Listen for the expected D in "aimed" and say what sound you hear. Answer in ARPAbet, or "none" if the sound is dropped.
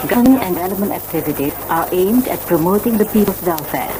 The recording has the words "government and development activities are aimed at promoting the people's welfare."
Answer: D